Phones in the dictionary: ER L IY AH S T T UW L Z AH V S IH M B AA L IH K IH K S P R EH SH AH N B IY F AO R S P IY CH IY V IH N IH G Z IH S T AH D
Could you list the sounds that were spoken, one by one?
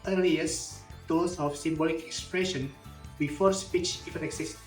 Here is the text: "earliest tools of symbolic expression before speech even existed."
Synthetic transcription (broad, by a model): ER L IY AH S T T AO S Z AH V S IH M B AA L IH K IH K S P R EH SH AH N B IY F AO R S P IY CH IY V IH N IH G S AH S